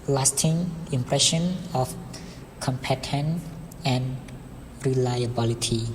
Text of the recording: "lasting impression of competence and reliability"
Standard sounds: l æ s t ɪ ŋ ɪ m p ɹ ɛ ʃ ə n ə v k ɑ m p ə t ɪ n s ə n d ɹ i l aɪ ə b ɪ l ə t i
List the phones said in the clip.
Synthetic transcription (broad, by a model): l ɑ s t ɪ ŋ ɪ m p ɹ ɛ ʃ ə n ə f k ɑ m p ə t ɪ n ə n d ɹ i l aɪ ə b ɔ l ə t i